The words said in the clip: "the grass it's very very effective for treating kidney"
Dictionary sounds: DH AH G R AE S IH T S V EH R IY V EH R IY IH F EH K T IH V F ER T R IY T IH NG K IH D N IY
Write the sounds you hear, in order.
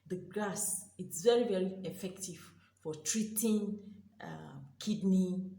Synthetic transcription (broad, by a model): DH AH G AA S IH T S V EH R IY V EH R IY IH F EH K T IH V F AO T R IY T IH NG K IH D N IY